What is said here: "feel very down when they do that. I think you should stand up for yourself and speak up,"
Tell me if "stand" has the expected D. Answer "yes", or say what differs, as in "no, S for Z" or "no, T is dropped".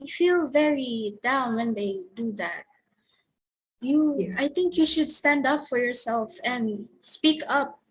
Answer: yes